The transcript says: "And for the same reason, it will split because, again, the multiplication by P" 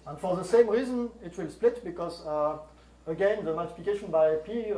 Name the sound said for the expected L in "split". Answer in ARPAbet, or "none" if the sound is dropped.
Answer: L